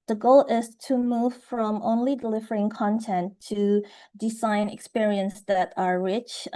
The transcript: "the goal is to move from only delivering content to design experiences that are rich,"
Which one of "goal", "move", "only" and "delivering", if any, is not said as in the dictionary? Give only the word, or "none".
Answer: none